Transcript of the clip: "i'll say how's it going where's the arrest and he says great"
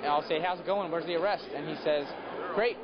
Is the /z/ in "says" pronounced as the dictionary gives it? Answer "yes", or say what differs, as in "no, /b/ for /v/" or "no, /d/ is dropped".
yes